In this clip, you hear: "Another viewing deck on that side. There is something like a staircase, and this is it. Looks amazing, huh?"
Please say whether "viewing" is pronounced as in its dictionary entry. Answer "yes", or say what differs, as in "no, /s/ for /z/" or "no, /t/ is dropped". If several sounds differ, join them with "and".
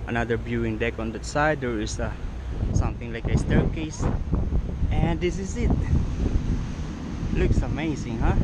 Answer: no, /b/ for /v/